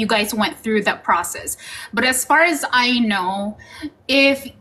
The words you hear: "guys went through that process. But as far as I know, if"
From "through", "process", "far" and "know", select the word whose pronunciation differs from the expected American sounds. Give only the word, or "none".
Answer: none